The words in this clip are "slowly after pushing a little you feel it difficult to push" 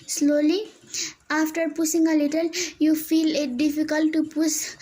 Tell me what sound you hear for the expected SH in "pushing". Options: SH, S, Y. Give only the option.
S